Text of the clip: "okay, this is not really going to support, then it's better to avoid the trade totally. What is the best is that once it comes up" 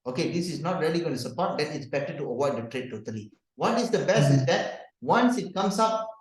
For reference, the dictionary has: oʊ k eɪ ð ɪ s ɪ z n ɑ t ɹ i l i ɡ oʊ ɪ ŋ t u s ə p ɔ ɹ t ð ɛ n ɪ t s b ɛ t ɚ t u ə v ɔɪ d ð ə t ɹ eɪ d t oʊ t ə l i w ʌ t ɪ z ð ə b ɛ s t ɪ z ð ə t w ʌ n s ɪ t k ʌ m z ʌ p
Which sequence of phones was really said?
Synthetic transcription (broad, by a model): oʊ k eɪ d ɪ s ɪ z n ɑ t ɹ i l i ɡ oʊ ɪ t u s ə p ɔ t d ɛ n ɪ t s b ɛ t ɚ t u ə w ɔɪ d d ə t ɹ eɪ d t oʊ t ə l i w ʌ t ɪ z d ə b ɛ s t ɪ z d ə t w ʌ n s ɪ t k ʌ m s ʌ p